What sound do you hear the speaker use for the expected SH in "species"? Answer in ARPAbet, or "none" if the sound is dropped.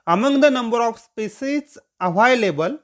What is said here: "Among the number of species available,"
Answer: S